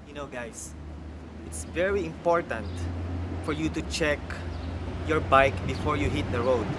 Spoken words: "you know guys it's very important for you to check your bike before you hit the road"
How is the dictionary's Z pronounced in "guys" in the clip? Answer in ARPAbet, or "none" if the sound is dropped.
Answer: S